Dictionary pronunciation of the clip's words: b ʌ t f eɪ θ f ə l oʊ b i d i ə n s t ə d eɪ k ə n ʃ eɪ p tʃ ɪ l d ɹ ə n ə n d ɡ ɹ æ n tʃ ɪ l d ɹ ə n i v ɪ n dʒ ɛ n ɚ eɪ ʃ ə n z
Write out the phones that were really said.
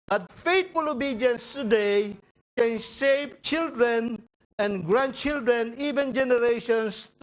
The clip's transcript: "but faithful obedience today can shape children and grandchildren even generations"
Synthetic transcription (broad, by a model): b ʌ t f eɪ t f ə l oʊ b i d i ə n s t ə d eɪ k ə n s eɪ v tʃ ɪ l d ɹ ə n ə n ɡ ɹ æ n tʃ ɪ l d ɹ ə n i v ɪ n dʒ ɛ n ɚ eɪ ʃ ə n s